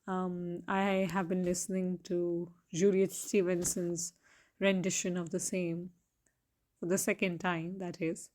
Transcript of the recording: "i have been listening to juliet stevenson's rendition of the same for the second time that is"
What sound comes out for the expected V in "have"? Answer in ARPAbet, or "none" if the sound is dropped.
V